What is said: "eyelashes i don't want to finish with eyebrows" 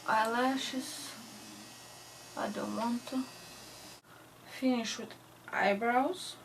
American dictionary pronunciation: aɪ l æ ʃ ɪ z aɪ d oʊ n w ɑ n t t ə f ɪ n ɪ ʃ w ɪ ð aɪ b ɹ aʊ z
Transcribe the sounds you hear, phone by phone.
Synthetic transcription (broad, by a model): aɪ l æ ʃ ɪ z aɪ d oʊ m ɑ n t t ə f ɪ n ɪ ʃ w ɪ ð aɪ b ɹ aʊ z